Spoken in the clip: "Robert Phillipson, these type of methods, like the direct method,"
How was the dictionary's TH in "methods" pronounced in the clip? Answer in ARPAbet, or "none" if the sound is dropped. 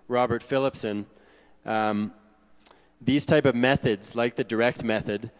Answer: TH